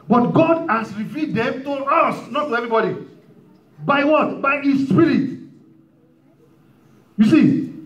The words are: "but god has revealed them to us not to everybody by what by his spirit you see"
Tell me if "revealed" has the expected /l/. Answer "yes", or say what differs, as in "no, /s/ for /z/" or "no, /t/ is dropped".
no, /l/ is dropped